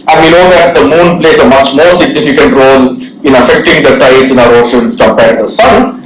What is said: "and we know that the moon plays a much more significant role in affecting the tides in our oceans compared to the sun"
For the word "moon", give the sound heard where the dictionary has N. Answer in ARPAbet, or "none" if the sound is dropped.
N